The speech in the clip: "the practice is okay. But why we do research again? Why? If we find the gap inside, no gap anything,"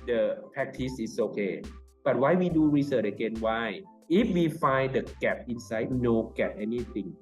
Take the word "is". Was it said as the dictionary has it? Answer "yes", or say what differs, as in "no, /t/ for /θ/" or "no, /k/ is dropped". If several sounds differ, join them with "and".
no, /s/ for /z/